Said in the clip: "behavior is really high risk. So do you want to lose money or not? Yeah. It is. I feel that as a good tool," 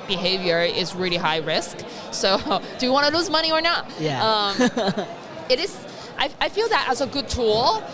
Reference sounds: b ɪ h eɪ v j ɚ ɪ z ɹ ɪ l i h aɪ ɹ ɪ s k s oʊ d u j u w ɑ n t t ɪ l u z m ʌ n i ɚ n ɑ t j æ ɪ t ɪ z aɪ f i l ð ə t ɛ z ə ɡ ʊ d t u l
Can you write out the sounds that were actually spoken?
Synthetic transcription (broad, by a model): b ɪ h eɪ v j ɚ ɪ z ɹ ɪ l i h aɪ ɹ ɪ s k s oʊ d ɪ j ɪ w ɑ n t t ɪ l u z m ʌ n i ɚ n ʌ t j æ ɪ t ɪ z aɪ f i l ð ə t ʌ z ə ɡ ʊ d t u l